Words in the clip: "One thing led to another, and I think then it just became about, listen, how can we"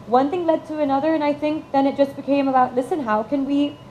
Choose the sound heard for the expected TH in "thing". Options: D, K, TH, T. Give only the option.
TH